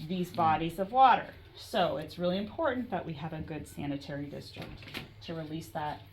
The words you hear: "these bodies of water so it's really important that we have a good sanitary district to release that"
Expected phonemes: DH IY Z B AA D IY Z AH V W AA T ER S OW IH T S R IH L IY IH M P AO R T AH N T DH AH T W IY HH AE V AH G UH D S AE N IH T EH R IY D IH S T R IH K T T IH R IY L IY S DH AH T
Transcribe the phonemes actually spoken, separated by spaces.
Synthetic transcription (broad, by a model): DH IY Z B AA D IY Z AH V W AA T ER S OW IH T S R IH L IY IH M P AO R T N DH AH T W IY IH V AH G UH D S AE N IH T EH R IY D IH S T R IH K T T IH R IY L IY S DH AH T